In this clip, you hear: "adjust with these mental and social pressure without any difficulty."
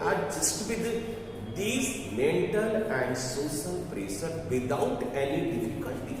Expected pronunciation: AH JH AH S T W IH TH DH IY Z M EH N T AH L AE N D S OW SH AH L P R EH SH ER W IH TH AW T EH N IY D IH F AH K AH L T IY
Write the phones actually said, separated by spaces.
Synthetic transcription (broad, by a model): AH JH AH S T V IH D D IY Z M EH N T AH L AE N D S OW S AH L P R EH S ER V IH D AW T EH N IY D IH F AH K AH L T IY